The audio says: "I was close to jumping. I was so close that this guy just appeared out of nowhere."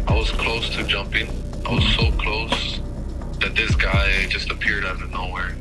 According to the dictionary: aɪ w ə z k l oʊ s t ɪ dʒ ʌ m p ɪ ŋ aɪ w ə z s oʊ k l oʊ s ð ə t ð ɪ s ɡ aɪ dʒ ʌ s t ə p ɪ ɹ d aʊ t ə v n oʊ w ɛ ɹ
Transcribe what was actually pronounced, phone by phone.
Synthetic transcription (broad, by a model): aɪ w ə z k l oʊ s t ɪ dʒ ʌ m p ɪ ŋ aɪ w ə z s oʊ k l oʊ s ð ə t ð ɪ s ɡ aɪ dʒ ʌ s t ə p ɪ ɹ d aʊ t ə n oʊ w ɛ ɹ